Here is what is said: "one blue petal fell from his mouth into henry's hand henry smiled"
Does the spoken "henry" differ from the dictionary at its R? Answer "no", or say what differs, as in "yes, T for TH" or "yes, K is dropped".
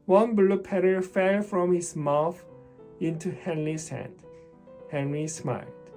no